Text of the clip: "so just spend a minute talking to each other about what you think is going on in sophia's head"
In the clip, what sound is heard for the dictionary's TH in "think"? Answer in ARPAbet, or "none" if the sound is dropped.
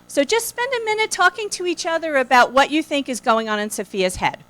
TH